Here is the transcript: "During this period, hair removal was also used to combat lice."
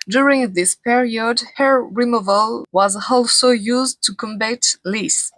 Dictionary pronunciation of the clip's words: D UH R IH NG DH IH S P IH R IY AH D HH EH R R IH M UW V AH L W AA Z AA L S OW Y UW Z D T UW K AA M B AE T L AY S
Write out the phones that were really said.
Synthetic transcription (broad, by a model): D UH R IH NG DH IH S P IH R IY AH D HH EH R R IH M UW V AH L W AA Z AA L S OW Y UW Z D T UW K AA M B AE T L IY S